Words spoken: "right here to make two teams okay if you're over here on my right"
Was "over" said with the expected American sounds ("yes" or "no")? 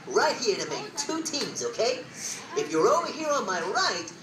no